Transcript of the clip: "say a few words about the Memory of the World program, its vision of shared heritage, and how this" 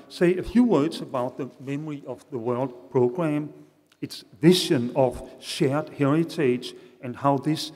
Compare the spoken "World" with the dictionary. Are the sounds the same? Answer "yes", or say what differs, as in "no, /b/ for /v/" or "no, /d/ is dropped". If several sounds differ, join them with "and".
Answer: yes